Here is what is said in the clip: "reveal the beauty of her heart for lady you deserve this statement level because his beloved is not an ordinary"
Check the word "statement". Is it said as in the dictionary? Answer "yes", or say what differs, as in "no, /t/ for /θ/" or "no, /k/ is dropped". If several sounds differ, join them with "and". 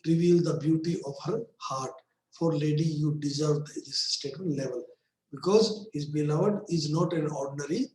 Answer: no, /m/ is dropped